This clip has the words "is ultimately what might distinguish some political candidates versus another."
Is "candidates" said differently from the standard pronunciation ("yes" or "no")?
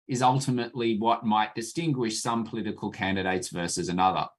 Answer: no